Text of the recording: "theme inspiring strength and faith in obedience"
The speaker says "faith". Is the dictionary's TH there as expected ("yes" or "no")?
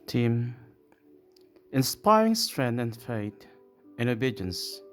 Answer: no